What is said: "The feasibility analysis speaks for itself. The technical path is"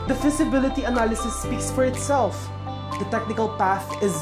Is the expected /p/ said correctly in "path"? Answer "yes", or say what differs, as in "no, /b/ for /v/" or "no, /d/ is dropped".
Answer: yes